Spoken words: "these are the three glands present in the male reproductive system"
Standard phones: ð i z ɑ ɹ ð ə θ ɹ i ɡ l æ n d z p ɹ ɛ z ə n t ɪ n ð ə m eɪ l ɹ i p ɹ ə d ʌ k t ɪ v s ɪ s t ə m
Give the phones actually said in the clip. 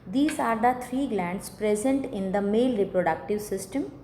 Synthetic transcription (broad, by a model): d i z ɑ ɹ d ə t ɹ i ɡ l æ n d s p ɹ ɛ z ə n t ɪ n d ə m eɪ l ɹ i p ɹ ə d ʌ k t ɪ v s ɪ s t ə m